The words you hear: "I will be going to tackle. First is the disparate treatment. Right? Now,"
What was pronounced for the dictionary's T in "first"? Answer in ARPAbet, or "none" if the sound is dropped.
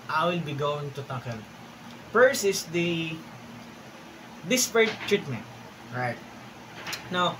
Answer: none